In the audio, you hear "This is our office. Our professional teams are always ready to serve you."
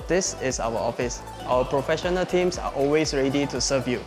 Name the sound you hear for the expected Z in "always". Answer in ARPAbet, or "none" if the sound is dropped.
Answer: S